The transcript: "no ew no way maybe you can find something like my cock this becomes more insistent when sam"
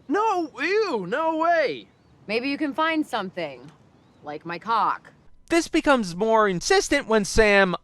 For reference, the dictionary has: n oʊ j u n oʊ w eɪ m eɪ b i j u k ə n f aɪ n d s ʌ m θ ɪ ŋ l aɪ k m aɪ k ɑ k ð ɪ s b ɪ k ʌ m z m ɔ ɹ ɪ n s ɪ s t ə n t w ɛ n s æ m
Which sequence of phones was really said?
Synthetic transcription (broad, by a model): n oʊ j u n oʊ w eɪ m eɪ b i j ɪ k ə n f aɪ n d s ʌ m θ ɪ ŋ l aɪ k m aɪ k ɑ k ð ɪ s b ɪ k ʌ m z m ɔ ɹ ɪ n s ɪ s t ə n t w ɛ n s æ m